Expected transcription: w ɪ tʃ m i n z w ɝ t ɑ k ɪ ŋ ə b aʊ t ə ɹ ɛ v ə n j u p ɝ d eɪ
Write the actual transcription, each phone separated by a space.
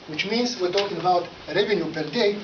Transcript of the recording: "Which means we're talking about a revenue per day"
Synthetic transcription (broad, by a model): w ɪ tʃ m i n s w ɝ t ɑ k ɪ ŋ ə b aʊ t ɹ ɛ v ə n j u p ɝ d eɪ